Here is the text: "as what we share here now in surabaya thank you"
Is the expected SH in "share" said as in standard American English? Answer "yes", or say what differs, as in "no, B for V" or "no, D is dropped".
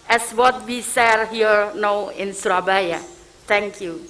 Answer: no, S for SH